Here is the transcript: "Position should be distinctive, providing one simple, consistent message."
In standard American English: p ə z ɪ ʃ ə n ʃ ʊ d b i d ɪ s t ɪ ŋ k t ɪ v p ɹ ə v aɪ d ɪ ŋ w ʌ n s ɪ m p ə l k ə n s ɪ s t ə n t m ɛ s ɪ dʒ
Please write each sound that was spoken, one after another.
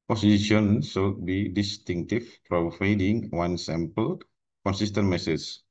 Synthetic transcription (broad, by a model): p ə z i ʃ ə n s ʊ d b i d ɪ s t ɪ ŋ k t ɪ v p ɹ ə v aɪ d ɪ ŋ w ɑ n s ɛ m p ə l k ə n s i s t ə n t m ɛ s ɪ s